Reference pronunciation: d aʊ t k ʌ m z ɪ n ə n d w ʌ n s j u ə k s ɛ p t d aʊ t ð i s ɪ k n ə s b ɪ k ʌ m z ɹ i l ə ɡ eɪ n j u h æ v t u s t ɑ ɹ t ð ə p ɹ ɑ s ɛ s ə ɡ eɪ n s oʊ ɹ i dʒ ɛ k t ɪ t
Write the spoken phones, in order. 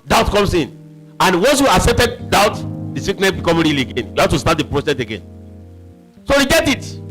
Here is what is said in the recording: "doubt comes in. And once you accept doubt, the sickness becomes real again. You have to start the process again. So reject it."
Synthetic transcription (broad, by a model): d aʊ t k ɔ m s ɪ n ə n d w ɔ n s j u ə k s ɛ p t d aʊ t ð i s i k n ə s b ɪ k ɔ m ɹ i l ə ɡ eɪ n j u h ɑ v t u s t ɑ t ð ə p ɹ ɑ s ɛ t ə ɡ eɪ n s oʊ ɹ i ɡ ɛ t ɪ t